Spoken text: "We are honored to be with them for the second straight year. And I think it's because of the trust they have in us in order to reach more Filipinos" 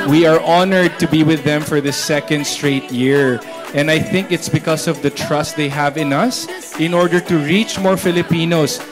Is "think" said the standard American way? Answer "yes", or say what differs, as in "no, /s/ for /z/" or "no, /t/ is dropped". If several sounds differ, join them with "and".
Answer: yes